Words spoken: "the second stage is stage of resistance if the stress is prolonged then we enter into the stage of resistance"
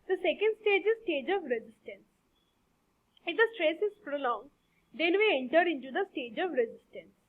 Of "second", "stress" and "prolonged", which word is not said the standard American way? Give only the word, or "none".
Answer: none